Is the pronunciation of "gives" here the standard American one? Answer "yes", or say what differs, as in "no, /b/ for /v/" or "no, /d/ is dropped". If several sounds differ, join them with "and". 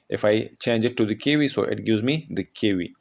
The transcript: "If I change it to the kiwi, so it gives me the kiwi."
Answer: no, /v/ is dropped